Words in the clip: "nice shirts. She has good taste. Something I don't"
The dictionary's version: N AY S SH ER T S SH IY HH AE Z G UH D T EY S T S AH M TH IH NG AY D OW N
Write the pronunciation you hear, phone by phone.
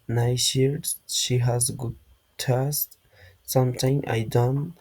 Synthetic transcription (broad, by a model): N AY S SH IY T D SH IY HH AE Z G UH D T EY S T S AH M T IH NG AY D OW N